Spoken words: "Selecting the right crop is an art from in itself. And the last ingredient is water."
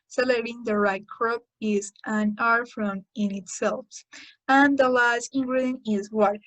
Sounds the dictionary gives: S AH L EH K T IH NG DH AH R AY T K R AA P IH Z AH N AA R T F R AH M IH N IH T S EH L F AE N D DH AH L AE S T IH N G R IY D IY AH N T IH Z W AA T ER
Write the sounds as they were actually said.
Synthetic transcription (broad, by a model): S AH L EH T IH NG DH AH R AY T K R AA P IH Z AH N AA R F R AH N IH N IH T S EH L F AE N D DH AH L AE S T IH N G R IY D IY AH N IH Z W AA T